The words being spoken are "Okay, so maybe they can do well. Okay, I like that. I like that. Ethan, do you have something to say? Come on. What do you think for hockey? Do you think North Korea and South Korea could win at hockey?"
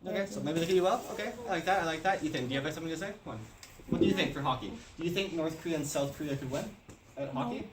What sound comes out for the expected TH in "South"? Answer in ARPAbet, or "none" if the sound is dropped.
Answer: TH